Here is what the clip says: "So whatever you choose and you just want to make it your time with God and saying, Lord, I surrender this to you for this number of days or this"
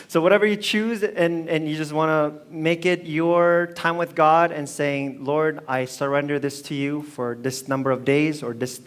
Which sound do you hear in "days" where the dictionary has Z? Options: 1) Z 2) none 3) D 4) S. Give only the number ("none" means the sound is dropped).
1